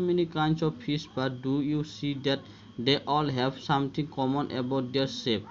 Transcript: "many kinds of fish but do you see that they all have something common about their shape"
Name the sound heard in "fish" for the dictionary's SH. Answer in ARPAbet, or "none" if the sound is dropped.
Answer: S